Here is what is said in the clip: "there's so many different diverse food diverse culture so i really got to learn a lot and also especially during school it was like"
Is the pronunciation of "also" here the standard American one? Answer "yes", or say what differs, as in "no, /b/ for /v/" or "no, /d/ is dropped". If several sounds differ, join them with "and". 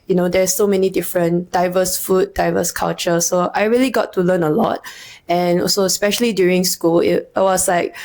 no, /l/ is dropped